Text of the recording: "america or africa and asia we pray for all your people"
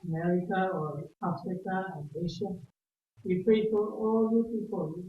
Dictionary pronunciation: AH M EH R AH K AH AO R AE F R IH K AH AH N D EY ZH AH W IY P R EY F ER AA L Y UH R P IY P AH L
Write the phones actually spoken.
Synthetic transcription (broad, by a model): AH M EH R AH K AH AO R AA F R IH K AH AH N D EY SH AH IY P EY P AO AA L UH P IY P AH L